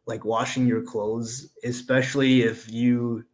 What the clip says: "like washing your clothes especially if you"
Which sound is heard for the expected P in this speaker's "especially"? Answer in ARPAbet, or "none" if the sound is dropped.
P